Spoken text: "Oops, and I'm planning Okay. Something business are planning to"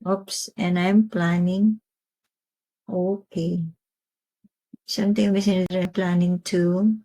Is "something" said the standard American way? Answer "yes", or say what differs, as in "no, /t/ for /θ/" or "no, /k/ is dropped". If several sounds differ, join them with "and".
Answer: no, /t/ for /θ/